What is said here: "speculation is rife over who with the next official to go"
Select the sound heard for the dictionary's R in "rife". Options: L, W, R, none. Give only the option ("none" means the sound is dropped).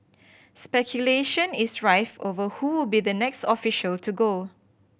R